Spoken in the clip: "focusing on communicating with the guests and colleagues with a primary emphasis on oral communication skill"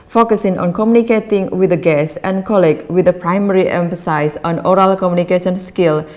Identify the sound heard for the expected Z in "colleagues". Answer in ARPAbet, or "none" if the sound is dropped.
none